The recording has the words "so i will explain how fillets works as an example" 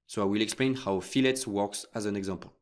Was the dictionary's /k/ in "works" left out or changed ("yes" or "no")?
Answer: no